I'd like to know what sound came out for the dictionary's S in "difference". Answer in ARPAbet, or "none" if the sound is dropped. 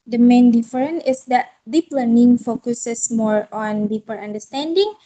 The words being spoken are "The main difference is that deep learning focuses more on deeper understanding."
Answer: none